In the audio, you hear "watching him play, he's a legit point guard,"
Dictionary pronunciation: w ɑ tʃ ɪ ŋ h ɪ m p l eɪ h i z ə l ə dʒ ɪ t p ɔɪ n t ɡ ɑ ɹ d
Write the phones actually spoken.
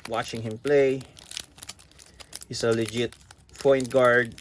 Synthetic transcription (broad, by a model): w ɑ tʃ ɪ ŋ h ɪ m p l eɪ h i s ə l ə dʒ ɪ t f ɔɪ n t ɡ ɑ ɹ d